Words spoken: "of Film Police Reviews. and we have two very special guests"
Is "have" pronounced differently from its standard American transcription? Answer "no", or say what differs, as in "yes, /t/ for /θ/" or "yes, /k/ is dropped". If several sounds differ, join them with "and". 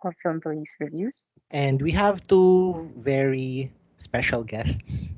no